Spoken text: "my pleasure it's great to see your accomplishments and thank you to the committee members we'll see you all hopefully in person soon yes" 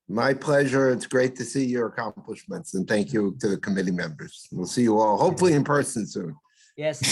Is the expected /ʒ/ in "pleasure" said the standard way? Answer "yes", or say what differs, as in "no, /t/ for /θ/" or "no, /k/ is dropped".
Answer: yes